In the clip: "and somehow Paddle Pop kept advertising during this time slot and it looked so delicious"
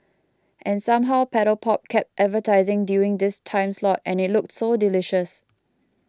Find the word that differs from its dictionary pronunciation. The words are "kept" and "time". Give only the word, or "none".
none